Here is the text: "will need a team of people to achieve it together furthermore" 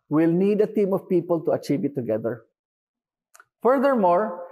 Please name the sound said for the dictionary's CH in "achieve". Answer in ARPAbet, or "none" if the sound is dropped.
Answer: CH